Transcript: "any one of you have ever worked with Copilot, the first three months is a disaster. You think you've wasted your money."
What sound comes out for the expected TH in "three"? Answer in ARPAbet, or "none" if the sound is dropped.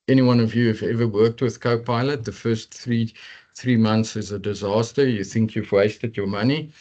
TH